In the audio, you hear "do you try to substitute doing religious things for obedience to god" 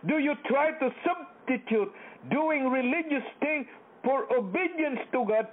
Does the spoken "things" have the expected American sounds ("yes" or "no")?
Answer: no